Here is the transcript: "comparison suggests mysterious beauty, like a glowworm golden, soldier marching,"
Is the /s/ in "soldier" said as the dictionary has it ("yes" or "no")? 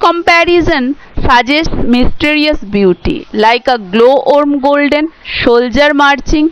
no